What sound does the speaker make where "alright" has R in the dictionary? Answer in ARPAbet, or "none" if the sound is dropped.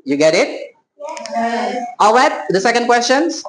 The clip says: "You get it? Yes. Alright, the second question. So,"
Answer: W